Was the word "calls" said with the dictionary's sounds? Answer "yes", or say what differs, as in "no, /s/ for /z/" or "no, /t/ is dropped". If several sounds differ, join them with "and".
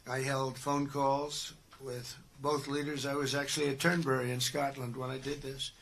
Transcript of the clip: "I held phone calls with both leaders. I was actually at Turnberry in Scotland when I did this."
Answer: yes